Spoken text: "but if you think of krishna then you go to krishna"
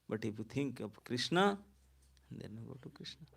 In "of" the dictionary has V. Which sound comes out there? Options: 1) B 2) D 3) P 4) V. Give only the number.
3